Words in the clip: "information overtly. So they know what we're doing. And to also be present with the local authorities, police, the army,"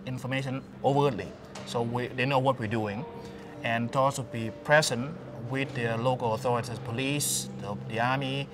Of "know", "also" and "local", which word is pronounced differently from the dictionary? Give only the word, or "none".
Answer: also